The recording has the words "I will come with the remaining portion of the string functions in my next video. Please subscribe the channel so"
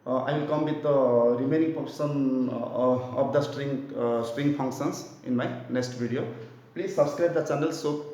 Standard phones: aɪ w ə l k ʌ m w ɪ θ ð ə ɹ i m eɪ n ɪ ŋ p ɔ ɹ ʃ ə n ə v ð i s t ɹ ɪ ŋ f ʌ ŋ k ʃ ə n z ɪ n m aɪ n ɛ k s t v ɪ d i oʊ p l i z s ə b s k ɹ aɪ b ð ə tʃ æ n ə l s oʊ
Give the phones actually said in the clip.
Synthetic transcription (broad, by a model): aɪ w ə l k ʌ m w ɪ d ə ɹ i m eɪ n ɪ ŋ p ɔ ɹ s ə n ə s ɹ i s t ɹ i ŋ p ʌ ŋ k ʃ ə n s ɪ n m aɪ n ɛ k s t b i d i oʊ p l i z s ə b s k ɹ aɪ b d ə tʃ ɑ n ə l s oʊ